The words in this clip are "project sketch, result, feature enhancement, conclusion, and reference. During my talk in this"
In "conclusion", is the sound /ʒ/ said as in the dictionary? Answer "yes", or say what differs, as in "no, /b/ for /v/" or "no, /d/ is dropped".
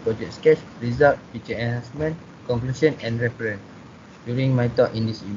no, /s/ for /ʒ/